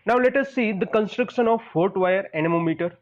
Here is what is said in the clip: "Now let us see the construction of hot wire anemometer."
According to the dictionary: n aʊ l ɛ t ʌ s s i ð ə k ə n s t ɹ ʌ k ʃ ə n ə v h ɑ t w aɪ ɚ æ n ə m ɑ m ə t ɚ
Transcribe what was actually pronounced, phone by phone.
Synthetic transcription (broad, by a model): n aʊ l ɛ t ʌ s s i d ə k ə n s t ɹ ʌ k ʃ ə n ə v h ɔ t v aɪ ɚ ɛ n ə m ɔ m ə t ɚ